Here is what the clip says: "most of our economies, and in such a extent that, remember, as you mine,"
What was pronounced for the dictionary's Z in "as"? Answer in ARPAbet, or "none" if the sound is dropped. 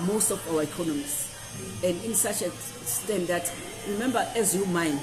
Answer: Z